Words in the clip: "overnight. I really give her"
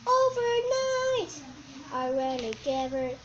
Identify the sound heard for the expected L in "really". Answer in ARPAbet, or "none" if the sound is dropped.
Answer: N